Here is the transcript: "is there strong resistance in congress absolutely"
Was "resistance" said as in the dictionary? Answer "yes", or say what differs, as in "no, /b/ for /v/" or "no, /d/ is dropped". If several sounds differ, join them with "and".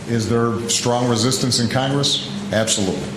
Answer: yes